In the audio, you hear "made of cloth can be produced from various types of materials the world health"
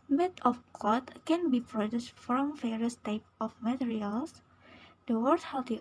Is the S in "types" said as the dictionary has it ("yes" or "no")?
no